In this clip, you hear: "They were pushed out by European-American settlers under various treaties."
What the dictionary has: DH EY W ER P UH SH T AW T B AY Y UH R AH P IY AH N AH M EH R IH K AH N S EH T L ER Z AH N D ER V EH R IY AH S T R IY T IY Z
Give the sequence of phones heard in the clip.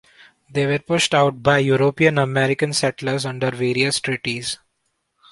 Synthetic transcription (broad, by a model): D EY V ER P UH SH T AW T B AY Y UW R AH P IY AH N AH M EH R IH K AH N S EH T L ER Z AH N D ER V EH R IY AH S T R IY T IY Z